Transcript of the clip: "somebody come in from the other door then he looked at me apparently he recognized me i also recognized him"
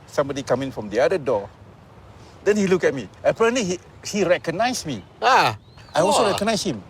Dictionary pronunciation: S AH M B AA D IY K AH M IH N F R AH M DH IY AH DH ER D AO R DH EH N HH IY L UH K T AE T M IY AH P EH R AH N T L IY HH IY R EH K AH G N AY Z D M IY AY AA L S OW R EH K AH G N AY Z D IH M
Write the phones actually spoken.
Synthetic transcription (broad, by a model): S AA M B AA D IY K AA M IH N F R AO M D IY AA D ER D AO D EH N HH IY L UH K EH T M IY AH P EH R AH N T L IY HH IY R EH K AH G N AY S M IY AY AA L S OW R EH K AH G N AY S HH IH M